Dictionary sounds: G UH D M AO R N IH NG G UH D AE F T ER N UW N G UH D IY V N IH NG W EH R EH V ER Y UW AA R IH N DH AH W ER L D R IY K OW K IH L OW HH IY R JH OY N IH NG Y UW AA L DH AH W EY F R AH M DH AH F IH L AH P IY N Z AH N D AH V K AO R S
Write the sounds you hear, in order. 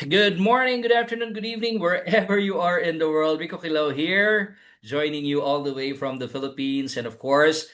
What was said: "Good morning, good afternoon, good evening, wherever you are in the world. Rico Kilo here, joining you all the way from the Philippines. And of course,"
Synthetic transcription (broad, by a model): G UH D M AO R N IH NG G UH D AE F T ER N UW N G UH D IY V N IH NG W EH R EH V ER Y UW AA R IH N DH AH W ER L D W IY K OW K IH L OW HH IY R JH OY N IH NG Y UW AA L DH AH W EY F R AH M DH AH F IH L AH P IY N S AH N D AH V K AO R S